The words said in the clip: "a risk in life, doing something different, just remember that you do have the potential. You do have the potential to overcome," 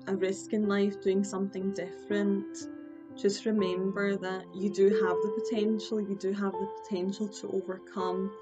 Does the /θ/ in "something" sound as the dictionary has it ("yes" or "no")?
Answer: yes